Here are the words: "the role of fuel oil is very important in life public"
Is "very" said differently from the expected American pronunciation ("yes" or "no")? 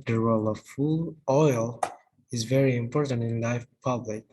no